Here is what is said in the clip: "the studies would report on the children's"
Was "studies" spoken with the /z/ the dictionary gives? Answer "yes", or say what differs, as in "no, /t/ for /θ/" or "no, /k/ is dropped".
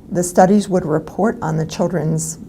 yes